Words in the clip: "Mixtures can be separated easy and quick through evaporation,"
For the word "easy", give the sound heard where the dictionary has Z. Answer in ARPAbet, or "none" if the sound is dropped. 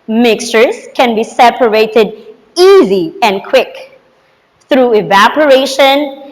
Z